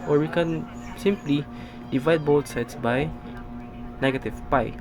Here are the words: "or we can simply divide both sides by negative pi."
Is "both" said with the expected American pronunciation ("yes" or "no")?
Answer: no